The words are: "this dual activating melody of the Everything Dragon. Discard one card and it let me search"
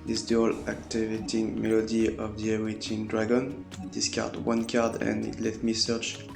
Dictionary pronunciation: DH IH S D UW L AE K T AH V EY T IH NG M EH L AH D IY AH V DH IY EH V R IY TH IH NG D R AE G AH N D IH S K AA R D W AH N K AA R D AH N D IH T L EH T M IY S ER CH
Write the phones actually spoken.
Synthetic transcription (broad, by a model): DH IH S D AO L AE K T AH V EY T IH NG M EH L AH D IY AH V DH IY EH R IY T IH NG D R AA G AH N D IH S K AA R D W AH N K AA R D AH N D IH T L EH T M IY S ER CH